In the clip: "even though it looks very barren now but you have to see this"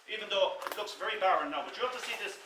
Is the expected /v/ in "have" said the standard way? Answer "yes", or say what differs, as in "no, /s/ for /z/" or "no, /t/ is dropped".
no, /f/ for /v/